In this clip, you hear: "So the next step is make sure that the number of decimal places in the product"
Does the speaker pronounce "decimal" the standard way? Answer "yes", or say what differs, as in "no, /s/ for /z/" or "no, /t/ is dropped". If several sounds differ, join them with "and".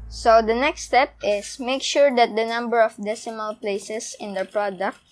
yes